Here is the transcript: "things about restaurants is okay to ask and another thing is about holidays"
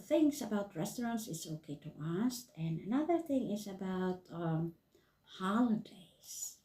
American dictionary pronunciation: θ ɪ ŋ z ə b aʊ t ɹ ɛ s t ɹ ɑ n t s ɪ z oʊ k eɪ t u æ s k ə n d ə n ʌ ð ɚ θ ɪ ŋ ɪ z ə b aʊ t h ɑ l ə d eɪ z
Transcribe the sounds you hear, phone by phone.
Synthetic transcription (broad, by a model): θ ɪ ŋ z ə b aʊ t ɹ ɛ s t ɹ ɑ n t s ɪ s oʊ k eɪ t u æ s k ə n ə n ʌ ð ɚ θ ɪ ŋ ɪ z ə b aʊ t h ɑ l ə d eɪ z